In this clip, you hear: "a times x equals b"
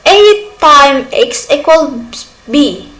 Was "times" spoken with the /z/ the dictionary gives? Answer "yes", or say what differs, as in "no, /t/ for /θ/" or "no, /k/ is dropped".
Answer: no, /z/ is dropped